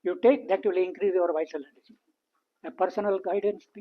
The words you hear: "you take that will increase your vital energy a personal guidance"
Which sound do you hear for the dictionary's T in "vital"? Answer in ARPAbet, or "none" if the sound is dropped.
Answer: S